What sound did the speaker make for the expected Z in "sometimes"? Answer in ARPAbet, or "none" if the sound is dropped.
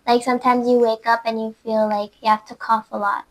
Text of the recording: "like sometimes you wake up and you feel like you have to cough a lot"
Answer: Z